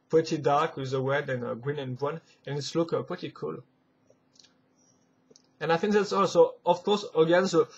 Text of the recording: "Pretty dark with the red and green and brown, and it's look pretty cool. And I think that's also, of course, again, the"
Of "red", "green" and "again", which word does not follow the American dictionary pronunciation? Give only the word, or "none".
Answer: red